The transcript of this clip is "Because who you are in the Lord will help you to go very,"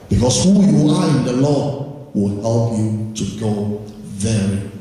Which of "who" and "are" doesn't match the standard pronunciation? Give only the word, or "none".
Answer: are